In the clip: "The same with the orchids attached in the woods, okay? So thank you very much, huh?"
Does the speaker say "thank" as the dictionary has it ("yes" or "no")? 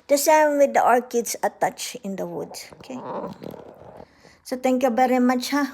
no